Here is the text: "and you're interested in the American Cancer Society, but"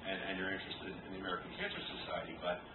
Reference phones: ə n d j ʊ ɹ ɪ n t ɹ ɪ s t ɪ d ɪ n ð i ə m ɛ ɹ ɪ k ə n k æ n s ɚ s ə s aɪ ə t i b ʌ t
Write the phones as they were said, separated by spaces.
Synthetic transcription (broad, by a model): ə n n j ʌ ɹ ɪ n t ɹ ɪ s t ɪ d ɪ n ð i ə m ɛ ɹ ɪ k n k æ n s ɚ s ə s aɪ ə t i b ʌ t